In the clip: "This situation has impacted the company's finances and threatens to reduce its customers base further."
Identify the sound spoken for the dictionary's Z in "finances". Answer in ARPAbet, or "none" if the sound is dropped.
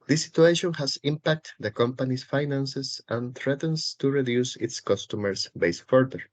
S